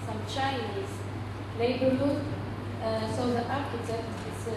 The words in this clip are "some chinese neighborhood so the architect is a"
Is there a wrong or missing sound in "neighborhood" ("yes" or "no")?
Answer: yes